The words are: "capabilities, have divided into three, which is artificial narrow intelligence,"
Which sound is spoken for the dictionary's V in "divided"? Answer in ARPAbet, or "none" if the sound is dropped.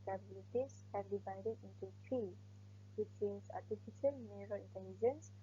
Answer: V